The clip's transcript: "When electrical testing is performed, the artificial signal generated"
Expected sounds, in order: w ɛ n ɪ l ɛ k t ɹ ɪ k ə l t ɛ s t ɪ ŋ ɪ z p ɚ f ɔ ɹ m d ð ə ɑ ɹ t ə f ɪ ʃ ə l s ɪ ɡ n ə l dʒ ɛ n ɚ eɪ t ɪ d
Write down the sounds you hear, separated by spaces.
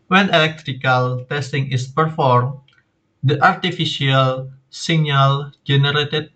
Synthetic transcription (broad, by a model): w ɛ n ɪ l ɛ k t ɹ ɪ k ə l t ɛ s t ɪ ŋ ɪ s p ɚ f ɔ ɹ m d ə ɑ ɹ t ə f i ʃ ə l s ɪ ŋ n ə l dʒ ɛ n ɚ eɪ t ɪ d